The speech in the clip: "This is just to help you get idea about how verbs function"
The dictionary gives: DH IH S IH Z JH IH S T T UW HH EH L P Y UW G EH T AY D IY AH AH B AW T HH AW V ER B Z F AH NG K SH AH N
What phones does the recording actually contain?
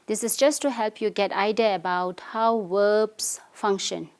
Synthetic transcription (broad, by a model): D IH S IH S JH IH S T T UW HH EH L P Y UW G EH T AY D IY AH AH B AW T HH AW W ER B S F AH NG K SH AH N